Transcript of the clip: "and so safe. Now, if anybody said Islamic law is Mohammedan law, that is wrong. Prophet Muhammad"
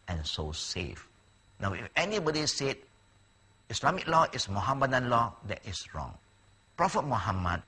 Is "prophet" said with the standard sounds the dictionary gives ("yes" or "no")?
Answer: yes